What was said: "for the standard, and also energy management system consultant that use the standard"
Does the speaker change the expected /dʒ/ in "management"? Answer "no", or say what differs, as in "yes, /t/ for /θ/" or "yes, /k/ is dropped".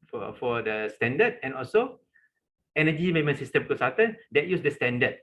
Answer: yes, /dʒ/ is dropped